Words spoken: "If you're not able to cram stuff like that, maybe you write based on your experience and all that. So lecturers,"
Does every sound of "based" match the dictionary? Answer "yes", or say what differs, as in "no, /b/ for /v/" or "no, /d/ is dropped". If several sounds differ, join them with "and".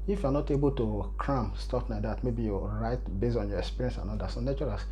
no, /t/ is dropped